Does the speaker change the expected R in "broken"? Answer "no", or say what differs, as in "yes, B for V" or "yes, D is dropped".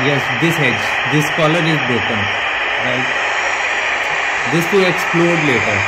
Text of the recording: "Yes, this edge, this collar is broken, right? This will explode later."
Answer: yes, R is dropped